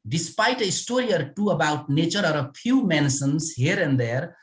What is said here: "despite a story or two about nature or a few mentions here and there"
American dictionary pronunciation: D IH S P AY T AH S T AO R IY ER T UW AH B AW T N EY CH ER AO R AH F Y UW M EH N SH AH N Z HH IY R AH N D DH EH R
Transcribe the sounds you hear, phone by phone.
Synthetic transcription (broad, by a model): D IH S P AY T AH S T AO R IY ER T UW AH B AW T N EY CH ER AO R AH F Y UW M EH N S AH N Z HH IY R AH N D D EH R